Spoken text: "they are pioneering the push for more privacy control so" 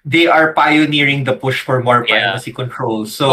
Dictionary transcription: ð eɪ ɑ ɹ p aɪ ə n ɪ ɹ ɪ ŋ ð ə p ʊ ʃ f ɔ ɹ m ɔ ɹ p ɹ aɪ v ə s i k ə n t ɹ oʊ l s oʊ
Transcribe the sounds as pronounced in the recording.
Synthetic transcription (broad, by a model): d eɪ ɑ ɹ p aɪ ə n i ɹ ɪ ŋ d ə p ʊ ʃ f ɔ ɹ m ɔ ɹ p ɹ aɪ p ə s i k ə n t ɹ oʊ l s oʊ